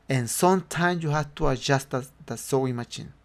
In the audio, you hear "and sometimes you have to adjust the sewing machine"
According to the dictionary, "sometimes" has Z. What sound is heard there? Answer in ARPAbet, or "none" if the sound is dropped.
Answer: none